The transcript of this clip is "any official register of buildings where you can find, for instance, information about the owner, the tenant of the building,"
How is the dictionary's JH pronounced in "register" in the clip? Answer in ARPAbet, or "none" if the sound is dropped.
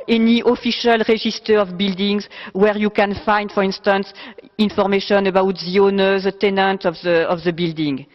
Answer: ZH